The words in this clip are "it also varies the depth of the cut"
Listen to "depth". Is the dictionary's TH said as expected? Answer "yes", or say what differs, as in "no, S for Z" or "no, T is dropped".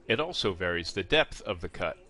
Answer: yes